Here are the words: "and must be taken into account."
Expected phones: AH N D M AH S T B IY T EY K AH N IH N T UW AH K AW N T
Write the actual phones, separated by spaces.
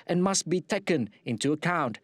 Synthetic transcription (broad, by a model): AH N M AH S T B IY T EY K AH N IH N T UW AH K AW N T